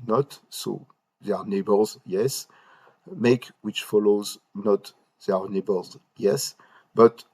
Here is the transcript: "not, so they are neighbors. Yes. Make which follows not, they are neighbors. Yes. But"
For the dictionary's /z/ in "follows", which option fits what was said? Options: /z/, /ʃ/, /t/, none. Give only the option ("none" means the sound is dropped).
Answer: /z/